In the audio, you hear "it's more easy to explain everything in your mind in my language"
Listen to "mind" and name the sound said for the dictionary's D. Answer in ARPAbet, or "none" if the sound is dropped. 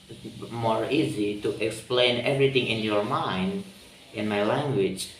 D